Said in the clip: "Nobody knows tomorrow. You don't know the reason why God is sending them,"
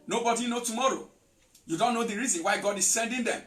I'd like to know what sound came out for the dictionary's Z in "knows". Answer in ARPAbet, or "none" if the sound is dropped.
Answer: none